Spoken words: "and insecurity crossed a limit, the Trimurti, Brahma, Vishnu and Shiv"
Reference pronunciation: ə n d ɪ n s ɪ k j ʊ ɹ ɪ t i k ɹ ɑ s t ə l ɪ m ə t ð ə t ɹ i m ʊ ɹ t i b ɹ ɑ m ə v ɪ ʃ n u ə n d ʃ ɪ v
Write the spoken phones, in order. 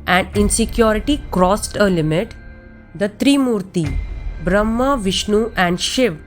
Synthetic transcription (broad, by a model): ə n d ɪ n s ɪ k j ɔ ɹ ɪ t i k ɹ ɑ s t ə l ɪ m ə t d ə t ɹ i m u ɹ t i b ɹ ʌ m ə v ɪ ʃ n u ə n d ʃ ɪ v